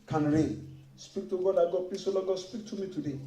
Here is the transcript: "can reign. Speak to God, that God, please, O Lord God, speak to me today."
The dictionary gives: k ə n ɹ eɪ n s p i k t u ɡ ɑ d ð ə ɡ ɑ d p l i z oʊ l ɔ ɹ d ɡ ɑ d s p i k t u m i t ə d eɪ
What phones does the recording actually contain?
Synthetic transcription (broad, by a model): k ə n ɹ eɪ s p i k t u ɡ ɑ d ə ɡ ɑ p i s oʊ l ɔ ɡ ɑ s p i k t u m i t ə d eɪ